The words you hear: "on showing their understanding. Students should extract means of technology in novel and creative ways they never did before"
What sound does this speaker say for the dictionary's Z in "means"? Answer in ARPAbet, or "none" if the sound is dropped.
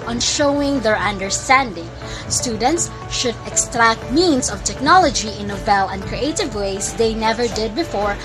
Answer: S